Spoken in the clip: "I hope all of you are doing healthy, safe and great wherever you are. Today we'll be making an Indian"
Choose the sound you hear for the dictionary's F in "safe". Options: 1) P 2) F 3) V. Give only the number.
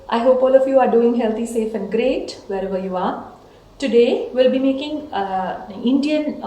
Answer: 2